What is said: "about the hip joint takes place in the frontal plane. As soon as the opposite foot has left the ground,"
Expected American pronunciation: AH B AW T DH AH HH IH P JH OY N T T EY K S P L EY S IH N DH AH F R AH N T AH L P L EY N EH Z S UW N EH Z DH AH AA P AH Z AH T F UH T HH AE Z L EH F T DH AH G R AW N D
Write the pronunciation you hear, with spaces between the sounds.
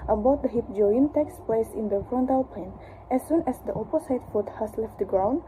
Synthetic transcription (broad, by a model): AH B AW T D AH HH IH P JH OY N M T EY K S P L EY S IH N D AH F R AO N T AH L P EY N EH S UW N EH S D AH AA P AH S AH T F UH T HH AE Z L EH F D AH G R AW N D